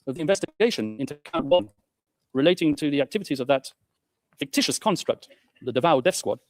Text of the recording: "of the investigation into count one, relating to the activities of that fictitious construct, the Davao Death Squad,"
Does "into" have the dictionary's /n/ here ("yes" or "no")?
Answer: yes